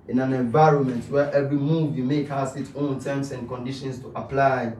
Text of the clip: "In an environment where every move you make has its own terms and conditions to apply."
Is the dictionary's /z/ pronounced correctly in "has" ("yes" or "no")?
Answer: no